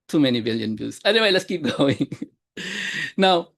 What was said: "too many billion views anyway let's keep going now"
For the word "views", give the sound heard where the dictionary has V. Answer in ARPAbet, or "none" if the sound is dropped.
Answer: B